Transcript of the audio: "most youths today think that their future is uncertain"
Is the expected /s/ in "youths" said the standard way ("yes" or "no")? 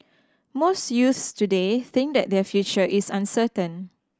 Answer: yes